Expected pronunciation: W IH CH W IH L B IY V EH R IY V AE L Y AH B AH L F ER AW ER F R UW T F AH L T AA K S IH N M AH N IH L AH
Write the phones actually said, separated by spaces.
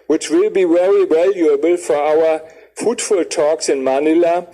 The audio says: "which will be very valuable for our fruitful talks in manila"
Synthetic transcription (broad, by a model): W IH CH W IH L B IY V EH R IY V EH L Y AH B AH L F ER AW ER F UW T F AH L T AA K S IH N M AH N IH L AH